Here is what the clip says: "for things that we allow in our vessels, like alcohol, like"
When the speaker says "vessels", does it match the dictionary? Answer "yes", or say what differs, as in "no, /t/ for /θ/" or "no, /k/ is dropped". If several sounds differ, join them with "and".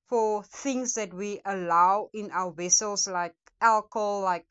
no, /s/ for /z/